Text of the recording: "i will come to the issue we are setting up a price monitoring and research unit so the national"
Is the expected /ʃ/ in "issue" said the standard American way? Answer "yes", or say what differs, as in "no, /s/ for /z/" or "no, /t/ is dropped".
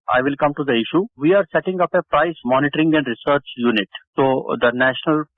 yes